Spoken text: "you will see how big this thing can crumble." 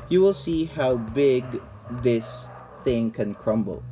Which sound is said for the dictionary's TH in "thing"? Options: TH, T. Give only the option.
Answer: TH